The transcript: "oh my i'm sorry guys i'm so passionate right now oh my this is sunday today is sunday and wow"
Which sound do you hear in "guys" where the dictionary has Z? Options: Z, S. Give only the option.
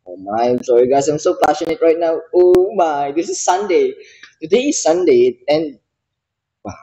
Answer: S